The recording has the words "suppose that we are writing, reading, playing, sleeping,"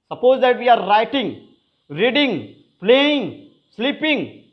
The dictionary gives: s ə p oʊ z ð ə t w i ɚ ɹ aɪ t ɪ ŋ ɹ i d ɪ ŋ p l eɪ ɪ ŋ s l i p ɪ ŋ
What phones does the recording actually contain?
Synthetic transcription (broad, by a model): s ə p oʊ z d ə t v i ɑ ɹ aɪ t ɪ ŋ ɹ i d ɪ ŋ p l eɪ ɪ ŋ s l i p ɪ ŋ